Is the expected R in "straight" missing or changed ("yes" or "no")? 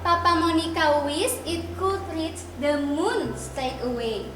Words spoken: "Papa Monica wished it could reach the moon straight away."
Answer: yes